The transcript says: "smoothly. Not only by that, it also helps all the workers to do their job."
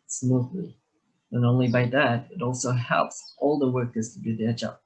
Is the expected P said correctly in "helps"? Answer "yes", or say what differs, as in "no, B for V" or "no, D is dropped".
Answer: yes